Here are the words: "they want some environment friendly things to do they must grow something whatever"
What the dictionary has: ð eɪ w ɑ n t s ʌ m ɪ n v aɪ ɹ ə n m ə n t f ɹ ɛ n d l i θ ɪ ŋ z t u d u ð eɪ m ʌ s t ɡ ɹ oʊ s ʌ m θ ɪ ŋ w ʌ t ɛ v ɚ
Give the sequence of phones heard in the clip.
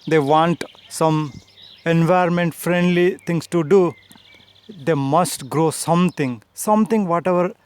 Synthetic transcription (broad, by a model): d eɪ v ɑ n t s ʌ m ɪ n v aɪ ə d m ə n t f ɹ ɛ n d l i t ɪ ŋ s t u d u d eɪ m ʌ s t ɡ ɹ oʊ s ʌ m t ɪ ŋ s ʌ t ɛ v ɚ